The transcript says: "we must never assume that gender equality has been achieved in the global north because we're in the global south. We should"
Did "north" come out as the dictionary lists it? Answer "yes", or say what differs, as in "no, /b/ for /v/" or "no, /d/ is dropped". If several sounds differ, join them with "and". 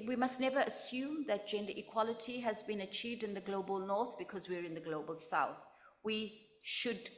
yes